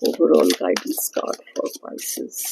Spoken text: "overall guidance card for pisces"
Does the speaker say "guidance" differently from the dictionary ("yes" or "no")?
yes